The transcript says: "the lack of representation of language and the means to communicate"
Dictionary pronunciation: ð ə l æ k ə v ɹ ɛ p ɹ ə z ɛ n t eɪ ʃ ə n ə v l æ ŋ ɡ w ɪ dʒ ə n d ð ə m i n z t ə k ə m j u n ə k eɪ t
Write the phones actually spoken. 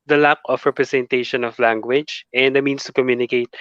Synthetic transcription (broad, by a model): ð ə l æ k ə f ɹ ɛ p ɹ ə s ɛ n t eɪ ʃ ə n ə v l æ ŋ ɡ w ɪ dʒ ə n d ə m i n s t ə k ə m j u n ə k eɪ t